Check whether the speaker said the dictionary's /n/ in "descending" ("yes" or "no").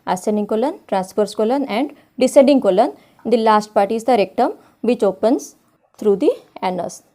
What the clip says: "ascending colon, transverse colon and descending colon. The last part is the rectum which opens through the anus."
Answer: no